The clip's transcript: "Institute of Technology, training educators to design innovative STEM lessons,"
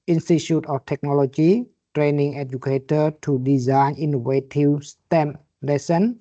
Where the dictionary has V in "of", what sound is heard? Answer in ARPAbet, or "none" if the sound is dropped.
F